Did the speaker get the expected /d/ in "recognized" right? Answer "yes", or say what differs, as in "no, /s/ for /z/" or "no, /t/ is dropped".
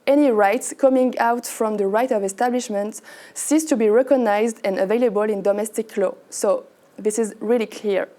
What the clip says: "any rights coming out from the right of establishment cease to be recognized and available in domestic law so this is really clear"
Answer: yes